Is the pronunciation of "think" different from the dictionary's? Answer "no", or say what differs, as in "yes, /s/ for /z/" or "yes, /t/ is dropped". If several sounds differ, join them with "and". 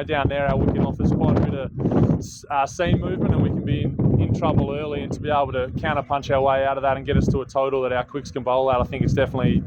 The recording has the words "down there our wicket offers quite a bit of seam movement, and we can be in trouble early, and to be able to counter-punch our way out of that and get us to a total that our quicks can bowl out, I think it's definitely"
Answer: no